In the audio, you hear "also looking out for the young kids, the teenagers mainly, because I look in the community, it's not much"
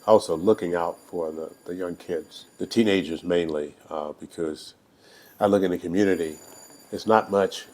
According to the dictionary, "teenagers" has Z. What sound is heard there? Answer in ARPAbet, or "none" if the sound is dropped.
Z